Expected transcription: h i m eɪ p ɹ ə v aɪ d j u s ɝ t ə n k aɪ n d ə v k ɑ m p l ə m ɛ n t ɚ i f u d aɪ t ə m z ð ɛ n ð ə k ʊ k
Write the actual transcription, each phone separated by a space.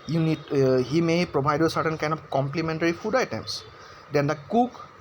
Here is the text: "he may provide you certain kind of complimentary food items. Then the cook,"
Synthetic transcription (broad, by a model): h i m eɪ p ɹ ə b aɪ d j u s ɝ t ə n k aɪ n d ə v k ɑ m p l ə m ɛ n t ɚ i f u d aɪ t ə m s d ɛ n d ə k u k